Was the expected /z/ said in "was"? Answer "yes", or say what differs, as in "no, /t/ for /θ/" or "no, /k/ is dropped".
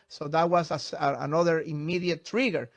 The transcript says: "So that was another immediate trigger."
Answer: no, /s/ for /z/